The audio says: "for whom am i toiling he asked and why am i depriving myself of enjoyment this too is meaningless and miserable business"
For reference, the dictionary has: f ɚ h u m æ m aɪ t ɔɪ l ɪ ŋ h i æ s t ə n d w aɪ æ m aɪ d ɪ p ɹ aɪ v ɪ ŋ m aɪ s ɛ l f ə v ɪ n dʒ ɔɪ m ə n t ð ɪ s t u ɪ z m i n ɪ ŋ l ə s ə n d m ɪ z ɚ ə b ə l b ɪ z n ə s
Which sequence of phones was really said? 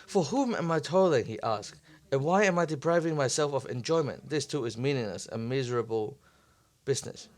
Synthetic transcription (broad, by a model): f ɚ h u m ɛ m aɪ t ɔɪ l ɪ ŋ h i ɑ s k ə n w aɪ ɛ m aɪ d ɪ p ɹ aɪ v ɪ ŋ m aɪ s ɛ l f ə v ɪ n dʒ ɔɪ m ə n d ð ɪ s t u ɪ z m i n ɪ ŋ l ə s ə m ɪ z ɚ ə b ə l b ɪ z n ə s